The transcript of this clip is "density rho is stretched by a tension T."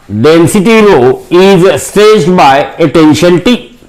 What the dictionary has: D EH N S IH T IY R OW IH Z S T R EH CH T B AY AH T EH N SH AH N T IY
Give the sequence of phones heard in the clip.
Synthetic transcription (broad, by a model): D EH N S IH T IY R OW IH Z S T EH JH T B AY AH T EH N SH AH N T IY